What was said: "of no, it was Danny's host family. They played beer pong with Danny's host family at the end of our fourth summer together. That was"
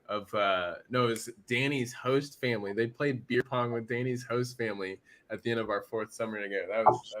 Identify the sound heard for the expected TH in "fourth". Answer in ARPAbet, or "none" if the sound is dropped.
TH